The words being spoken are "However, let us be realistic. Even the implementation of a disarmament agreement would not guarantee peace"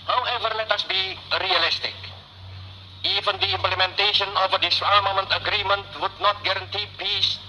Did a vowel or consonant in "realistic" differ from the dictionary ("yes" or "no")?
no